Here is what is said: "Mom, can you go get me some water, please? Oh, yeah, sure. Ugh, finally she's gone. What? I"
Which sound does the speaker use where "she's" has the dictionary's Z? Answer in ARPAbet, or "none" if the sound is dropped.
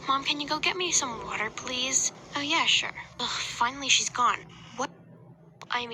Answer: Z